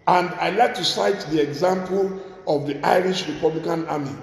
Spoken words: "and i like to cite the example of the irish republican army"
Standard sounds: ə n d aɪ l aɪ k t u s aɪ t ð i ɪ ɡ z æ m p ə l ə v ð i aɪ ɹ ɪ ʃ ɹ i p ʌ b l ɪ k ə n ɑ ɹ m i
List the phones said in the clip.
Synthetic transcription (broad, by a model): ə n d aɪ l aɪ k t u s aɪ t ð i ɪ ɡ z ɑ m p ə l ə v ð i aɪ ɹ ɪ ʃ ɹ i p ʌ b l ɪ k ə n ɑ m i